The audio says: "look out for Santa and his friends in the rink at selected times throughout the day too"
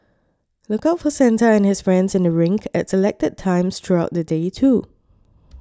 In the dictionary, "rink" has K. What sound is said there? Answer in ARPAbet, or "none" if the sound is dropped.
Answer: K